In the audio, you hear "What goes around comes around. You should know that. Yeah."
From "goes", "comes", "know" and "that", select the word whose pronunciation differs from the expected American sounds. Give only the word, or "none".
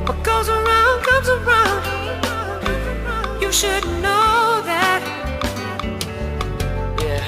none